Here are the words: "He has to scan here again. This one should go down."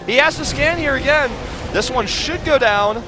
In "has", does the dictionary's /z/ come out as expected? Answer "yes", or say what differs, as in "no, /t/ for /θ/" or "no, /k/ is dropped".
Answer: no, /s/ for /z/